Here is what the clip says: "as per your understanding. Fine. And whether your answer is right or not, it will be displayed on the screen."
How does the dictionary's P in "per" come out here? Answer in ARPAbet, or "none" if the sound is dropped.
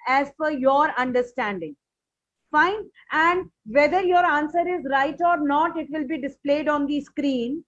F